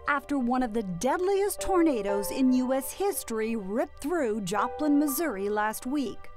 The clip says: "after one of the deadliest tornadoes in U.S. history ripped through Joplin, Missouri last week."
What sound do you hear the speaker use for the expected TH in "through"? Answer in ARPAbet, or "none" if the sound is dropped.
TH